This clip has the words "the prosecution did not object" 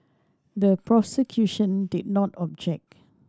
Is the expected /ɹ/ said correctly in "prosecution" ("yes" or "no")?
yes